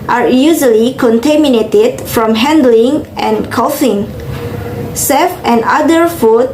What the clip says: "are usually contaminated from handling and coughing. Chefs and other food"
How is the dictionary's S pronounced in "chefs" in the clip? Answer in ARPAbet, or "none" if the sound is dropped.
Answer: none